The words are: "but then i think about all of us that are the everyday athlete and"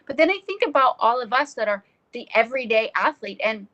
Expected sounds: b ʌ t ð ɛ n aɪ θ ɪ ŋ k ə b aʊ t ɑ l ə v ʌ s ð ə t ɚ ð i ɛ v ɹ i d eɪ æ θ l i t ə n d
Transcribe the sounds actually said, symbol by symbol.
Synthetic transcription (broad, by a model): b ʌ t ð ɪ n aɪ θ ɪ ŋ k ə b aʊ t ɑ l ə v ʌ s ð ə t ɚ ð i ɛ v ɹ i d eɪ æ θ l i t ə n